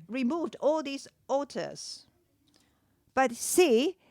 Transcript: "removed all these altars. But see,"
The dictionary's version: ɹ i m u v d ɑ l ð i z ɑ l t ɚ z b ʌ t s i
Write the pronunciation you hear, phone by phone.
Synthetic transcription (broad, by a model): ɹ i m u v d ɑ l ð i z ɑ t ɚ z b ʌ t s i